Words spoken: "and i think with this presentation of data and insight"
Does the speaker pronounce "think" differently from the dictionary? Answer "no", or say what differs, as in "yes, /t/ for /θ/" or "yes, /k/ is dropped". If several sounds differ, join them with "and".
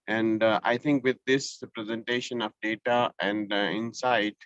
yes, /t/ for /θ/